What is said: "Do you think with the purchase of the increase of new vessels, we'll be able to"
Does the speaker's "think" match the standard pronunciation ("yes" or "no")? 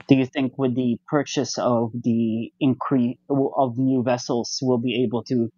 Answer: yes